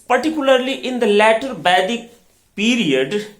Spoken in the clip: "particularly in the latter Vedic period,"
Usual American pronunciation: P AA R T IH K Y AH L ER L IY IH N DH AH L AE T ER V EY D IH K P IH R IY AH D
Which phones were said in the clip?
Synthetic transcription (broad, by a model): P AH R T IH K Y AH L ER L IY IH N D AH L AE T ER B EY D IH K P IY R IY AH D